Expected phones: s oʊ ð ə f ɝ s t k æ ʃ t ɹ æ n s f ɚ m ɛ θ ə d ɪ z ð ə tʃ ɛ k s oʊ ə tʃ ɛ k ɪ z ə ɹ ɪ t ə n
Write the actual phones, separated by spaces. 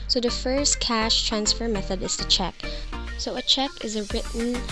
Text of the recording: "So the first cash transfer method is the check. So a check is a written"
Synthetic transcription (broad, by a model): s oʊ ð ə f ɝ s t k æ ʃ t ɹ æ n s f ɚ m ɛ θ ə d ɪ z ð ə tʃ ɛ k s oʊ ə tʃ ɛ k ɪ z ə ɹ ɪ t n